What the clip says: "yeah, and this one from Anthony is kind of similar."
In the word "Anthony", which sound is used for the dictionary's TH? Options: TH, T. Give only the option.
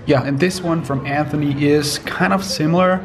TH